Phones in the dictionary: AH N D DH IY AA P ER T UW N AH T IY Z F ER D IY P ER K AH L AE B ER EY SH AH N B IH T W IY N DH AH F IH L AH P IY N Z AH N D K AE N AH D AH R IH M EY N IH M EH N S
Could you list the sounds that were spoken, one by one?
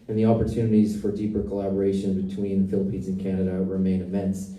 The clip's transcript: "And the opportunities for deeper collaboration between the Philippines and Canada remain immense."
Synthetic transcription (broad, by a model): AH N DH IY AA P ER T UW N AH T IY Z F ER D IY P ER K AH L AE B ER EY SH AH N B IH T W IY N F IH L AH P IY N Z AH N K AE N AH D AH R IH M EY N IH M EH N S